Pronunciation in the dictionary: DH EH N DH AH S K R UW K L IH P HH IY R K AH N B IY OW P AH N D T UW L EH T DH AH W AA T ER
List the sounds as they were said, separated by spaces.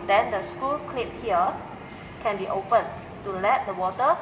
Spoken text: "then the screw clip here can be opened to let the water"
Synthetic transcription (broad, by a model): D EH N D AH S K UW K L IH P HH IY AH K AH N B IY OW P AH N T UW L EH T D AH W AA T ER